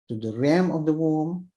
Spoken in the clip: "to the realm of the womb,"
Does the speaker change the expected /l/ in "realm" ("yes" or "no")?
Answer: yes